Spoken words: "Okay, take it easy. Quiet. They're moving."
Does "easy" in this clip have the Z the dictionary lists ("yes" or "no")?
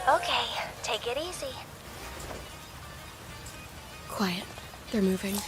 no